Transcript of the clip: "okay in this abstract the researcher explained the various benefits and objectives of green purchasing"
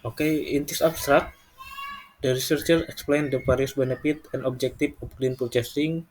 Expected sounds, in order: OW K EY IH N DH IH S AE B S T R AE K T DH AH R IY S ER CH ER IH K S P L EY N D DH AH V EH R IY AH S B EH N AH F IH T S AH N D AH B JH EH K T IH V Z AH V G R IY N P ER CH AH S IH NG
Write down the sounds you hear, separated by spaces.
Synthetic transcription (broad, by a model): OW K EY IH N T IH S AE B S T R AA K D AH R IY S ER CH ER IH K S P L EY N D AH P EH R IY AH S B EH N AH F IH T AH N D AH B JH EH K T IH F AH F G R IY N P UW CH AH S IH NG